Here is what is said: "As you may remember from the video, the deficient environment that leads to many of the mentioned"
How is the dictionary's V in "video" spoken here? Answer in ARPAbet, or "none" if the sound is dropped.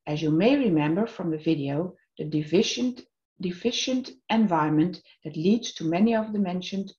V